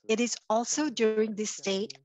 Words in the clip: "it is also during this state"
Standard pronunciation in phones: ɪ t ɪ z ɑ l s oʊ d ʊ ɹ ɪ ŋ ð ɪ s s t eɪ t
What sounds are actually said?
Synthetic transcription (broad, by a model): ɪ t ɪ z ɑ l s oʊ d ʊ ɹ ɪ ŋ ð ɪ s s t eɪ t